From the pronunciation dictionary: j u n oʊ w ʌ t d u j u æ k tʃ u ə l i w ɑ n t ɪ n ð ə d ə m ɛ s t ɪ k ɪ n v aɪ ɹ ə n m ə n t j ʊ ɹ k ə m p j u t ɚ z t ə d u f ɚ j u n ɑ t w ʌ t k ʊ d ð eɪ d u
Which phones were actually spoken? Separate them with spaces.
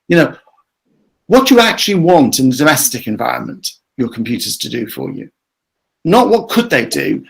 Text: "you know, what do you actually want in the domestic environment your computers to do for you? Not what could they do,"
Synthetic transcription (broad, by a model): j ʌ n oʊ w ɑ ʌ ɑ k tʃ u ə l i w ɑ n t ɪ n ð ə d ə m ɛ s t ɪ k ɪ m v aɪ ɹ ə n m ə n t j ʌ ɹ k ə m p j u t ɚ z t ə d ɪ f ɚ j u n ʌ t w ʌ t k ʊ d ð eɪ d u